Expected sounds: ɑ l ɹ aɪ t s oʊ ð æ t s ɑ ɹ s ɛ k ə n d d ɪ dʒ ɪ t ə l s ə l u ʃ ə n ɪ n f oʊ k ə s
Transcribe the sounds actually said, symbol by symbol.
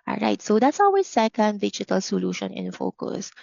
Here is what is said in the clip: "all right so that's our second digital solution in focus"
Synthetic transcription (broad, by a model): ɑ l ɹ aɪ t s oʊ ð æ t s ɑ w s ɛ k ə n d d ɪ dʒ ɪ t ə l s ə l u ʃ ə n ɪ n f oʊ k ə s